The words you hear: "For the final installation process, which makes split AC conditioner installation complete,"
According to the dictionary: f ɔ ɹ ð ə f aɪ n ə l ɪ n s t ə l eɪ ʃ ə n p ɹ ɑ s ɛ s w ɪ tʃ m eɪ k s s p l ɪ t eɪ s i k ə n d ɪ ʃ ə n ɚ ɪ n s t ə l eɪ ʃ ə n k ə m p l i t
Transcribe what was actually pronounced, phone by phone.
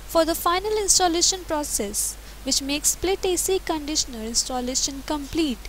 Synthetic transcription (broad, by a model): f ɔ ɹ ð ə f aɪ n ə l ɪ n s t ə l eɪ ʃ ə n p ɹ ɑ s ɛ s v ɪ tʃ m eɪ k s s p l ɪ t eɪ s i k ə n d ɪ ʃ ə n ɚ ɪ n s t ə l eɪ ʃ ə n k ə m p l i t